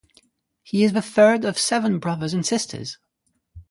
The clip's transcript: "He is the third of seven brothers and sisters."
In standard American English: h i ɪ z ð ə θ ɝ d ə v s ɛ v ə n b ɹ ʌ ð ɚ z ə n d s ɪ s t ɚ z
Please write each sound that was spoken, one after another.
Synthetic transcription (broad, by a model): h i ɪ z ð ə θ ɝ d ə v s ɛ v ə n b ɹ ʌ ð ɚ z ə n s ɪ s t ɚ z